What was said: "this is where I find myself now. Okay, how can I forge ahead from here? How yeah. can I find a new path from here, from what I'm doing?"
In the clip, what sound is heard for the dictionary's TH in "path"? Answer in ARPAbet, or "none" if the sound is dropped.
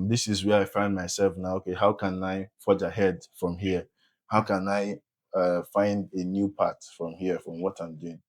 T